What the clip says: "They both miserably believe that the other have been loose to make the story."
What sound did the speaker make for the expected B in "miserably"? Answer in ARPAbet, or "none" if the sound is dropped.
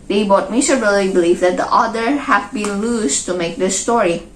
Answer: none